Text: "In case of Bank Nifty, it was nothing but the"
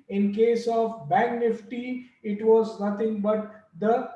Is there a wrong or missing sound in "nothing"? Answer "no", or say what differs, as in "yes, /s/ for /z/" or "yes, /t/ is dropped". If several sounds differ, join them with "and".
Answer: yes, /t/ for /θ/